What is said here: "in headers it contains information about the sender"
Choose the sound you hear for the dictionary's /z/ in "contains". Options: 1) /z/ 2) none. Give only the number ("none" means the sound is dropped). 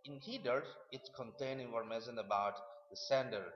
2